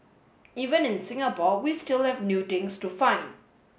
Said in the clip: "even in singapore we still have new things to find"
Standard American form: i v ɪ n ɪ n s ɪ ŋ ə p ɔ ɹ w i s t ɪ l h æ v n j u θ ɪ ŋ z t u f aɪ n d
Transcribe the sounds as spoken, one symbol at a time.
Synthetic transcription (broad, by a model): i v ɪ n ɪ n s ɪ ŋ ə p ɔ w i s t ɪ l h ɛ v n j u t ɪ ŋ s t u f aɪ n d